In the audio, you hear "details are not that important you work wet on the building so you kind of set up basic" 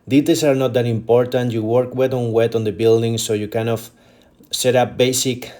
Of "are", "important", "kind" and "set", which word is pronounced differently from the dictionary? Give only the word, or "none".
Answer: kind